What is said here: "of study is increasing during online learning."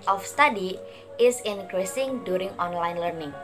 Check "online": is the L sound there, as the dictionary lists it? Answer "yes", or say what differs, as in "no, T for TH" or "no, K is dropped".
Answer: yes